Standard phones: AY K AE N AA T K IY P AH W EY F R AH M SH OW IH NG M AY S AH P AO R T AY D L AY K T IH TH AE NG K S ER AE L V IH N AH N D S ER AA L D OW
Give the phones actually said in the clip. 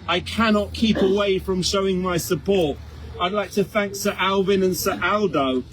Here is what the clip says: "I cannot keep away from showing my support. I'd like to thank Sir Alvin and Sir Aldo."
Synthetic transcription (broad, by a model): AY K AE N AA T K IY P AH W EY F R AH M SH OW IH NG M AY S AH P AO R T AY D L AY K T IH TH AE NG K S ER AE L V IH N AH N S ER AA L D OW